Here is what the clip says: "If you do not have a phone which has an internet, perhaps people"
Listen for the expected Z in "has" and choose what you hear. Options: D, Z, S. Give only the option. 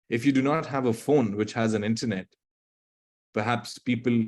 Z